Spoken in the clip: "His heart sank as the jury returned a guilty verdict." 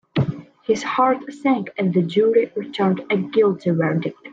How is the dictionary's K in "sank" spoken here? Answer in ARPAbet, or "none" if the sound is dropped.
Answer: K